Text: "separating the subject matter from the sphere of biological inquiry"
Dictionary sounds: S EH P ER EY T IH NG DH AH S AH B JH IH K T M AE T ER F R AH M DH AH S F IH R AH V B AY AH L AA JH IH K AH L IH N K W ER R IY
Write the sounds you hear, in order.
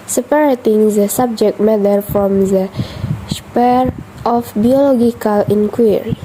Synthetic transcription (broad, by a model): S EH P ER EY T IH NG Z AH S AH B JH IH K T M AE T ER F R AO M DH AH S P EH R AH F B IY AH L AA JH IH K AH L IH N K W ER R IY